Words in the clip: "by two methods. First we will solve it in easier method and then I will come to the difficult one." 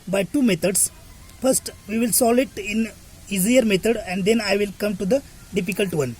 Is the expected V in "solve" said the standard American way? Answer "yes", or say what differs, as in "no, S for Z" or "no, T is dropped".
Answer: no, V is dropped